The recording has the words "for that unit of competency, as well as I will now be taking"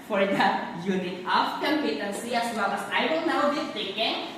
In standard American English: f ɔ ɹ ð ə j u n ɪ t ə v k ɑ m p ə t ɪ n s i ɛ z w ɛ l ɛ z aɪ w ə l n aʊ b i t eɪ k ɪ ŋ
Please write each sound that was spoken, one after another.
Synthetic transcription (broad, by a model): f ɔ ɹ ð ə j u n ɪ t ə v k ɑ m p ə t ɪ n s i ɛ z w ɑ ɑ s aɪ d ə n n aʊ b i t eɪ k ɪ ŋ